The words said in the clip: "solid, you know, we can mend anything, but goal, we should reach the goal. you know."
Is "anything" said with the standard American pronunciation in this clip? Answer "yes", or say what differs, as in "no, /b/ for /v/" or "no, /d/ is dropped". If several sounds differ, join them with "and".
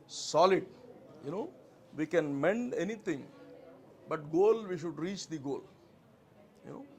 no, /t/ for /θ/